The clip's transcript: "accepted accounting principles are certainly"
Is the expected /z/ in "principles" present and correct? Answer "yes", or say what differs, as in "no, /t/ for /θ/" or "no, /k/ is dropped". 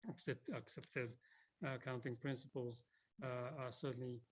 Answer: yes